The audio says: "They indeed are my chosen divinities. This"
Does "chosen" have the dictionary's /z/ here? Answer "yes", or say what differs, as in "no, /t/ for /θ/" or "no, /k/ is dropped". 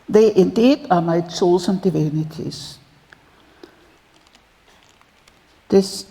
no, /s/ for /z/